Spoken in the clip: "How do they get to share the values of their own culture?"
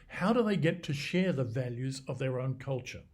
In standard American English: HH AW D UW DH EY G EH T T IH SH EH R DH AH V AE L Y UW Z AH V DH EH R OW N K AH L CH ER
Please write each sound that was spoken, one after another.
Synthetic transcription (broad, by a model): HH AW D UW DH EY G EH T T IH SH EH R DH AH V AE L Y UW Z AH V DH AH R OW N K AH L CH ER